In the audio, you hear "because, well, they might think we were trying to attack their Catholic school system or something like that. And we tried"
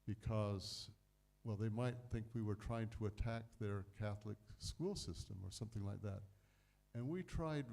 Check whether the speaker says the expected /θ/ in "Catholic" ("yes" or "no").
yes